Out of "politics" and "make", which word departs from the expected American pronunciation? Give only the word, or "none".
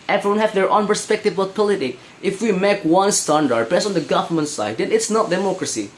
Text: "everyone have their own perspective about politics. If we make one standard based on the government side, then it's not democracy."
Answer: politics